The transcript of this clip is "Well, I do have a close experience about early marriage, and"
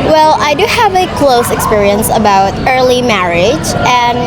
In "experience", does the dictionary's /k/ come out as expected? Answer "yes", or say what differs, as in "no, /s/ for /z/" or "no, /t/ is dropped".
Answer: yes